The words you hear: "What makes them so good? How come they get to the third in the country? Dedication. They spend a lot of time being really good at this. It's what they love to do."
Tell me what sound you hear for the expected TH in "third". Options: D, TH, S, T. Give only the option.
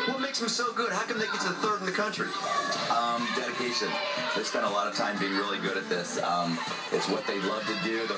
TH